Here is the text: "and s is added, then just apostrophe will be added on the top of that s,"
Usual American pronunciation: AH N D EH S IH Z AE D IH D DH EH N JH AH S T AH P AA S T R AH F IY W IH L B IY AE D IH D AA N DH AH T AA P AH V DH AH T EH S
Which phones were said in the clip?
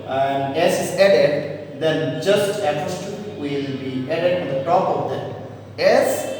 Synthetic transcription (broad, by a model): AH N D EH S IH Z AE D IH D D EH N JH AH S T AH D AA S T AH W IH L B IY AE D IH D AA N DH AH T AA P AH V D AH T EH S